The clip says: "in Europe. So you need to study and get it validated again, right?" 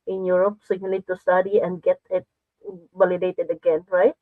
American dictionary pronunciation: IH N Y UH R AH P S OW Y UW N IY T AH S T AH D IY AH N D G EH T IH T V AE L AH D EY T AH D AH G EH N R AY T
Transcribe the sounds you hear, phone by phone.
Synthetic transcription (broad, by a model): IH N Y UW R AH P S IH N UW L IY T AH S T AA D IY AH N D G EH T IH T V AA L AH D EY T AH D AH G EH N R AY T